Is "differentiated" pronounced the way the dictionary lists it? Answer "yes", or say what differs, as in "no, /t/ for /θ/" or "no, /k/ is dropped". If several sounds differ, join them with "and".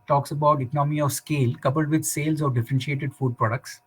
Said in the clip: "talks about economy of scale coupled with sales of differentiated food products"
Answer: yes